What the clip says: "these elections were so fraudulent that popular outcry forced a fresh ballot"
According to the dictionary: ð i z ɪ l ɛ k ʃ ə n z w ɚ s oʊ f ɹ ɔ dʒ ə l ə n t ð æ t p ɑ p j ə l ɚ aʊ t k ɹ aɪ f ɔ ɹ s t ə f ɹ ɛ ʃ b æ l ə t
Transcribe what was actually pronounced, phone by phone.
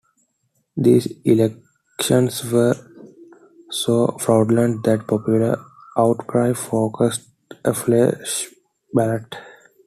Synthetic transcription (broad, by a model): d i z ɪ l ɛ k ʃ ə n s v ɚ s oʊ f ɹ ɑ ə l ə n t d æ t p ɑ p j ə l ɚ aʊ t k ɹ aɪ f ɔ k s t ə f l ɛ ʃ b æ l ə t